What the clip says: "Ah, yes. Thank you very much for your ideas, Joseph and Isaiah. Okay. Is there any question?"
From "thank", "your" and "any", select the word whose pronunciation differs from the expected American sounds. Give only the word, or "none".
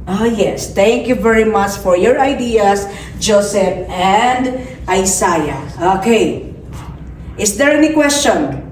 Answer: thank